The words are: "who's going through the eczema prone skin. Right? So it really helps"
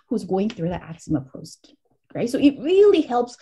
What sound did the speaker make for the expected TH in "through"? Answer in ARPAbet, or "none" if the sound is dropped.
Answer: TH